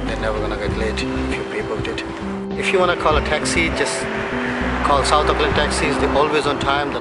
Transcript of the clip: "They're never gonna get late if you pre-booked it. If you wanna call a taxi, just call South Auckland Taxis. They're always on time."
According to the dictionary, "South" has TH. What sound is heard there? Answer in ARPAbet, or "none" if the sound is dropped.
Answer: T